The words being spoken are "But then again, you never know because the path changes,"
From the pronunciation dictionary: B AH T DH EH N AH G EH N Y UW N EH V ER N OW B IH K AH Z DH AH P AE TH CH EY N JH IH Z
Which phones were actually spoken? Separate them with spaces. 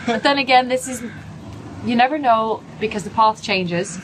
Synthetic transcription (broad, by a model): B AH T DH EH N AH G EH N Y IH N EH V ER N OW B IH K AH Z DH AH P AE TH CH EY N JH IH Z